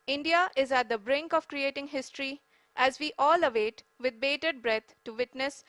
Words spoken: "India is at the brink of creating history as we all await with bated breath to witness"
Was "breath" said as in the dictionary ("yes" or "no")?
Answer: no